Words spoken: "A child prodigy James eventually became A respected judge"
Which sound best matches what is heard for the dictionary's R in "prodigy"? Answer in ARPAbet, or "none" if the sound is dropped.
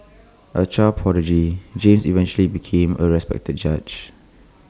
none